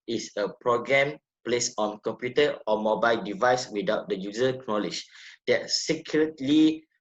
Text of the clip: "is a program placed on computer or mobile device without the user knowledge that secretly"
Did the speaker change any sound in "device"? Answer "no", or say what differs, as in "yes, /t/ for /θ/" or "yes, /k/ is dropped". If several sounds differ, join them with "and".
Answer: no